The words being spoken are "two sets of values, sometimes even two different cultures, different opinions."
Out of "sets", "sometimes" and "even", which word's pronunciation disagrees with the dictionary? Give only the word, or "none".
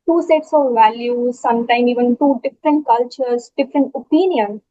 sometimes